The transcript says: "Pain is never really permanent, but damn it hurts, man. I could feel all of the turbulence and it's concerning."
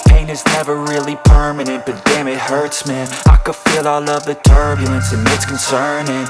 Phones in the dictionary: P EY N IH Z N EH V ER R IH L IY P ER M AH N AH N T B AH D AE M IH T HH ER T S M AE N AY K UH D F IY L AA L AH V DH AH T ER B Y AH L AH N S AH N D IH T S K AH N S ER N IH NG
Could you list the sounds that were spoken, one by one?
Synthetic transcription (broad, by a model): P EY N IH Z N EH V ER R IH L IY P ER M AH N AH N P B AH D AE M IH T HH ER T S M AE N AY K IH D F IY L AA L AH V DH AH T ER B Y L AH N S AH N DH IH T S K N S ER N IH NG